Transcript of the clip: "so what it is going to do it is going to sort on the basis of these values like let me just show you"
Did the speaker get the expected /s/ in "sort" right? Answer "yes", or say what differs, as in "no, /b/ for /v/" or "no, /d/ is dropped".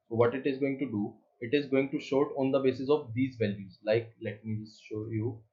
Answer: no, /ʃ/ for /s/